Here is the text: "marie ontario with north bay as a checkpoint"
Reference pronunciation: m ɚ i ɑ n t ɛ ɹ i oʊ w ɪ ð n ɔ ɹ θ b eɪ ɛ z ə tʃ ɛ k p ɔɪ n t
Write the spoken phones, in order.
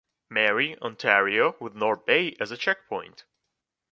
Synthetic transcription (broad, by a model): m ɚ i ɑ n t ɛ ɹ i oʊ w ɪ ð n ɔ ɹ b eɪ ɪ z ə tʃ ɛ k p ɔɪ n t